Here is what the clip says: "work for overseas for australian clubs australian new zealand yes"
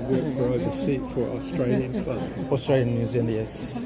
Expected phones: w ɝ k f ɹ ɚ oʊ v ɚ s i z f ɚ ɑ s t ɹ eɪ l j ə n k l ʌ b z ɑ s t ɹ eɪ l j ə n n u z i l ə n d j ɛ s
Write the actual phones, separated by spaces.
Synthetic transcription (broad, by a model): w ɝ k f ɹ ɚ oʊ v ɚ s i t f ɚ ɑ s t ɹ eɪ l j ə n k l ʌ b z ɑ s t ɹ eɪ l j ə n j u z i n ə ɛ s